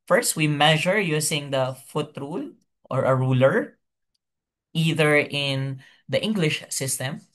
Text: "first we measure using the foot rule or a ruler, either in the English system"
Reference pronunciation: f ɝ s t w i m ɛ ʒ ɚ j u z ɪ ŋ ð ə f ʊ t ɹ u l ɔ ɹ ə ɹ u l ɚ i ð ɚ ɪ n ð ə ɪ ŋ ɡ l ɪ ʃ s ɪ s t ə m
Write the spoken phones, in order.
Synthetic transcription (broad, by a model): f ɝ s t w i m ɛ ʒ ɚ j u s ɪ ŋ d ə f ʊ t ɹ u l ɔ ɹ ə ɹ u l ɚ i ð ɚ ɪ n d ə ɪ ŋ ɡ l ɪ ʃ s ɪ s t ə m